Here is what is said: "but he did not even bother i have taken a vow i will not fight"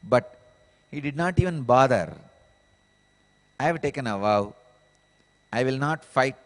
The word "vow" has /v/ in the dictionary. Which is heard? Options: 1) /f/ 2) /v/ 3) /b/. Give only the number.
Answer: 2